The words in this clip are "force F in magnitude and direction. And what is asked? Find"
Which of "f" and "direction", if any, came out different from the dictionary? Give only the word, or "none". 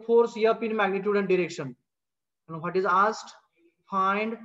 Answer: f